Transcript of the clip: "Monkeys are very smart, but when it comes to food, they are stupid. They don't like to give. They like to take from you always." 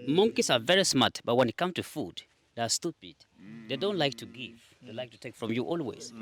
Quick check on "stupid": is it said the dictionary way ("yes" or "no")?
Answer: yes